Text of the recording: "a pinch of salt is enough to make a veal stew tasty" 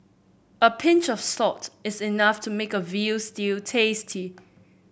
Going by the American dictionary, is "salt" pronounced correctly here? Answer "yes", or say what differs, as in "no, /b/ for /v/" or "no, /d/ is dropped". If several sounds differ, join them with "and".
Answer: no, /l/ is dropped